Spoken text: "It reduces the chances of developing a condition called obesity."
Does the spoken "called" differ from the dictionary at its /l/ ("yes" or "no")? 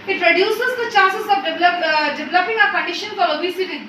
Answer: yes